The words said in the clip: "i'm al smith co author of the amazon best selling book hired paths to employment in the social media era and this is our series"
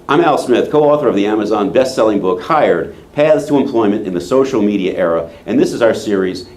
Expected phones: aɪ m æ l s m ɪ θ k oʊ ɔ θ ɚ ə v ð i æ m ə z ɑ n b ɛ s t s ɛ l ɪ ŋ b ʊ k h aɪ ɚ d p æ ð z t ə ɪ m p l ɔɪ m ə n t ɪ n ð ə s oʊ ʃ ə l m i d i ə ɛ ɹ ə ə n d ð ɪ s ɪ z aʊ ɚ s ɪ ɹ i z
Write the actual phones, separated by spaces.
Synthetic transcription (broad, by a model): aɪ m æ l s m ɪ θ k oʊ ɔ θ ɚ ə v ð i æ m ə z ɑ n b ɛ s t s ɛ l ɪ ŋ b ʊ k h aɪ ɚ d p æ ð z t ə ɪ m p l ɔɪ m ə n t ɪ n ð ə s oʊ ʃ l m i d i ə ɛ ɹ ə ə n ð ɪ s ɪ z aʊ ɚ s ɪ ɹ i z